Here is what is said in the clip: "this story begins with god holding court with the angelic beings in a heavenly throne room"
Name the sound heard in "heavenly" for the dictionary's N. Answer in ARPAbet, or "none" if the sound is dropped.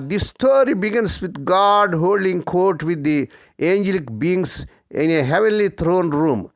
N